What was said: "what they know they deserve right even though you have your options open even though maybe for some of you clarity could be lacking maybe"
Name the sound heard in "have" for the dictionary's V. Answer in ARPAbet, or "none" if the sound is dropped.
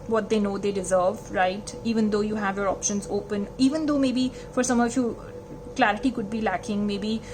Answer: V